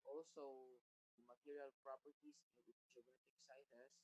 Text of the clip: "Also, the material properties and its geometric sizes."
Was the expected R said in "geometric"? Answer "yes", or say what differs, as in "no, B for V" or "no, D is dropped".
no, R is dropped